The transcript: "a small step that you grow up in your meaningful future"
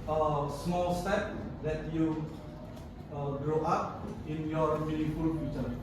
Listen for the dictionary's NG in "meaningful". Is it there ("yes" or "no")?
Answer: no